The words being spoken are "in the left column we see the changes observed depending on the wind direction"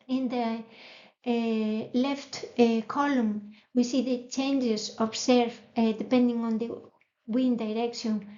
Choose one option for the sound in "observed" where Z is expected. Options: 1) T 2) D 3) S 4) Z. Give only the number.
3